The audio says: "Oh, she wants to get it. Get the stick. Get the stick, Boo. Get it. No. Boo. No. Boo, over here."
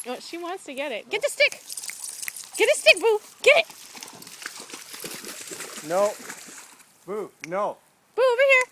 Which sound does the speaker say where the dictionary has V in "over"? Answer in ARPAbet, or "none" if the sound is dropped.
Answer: B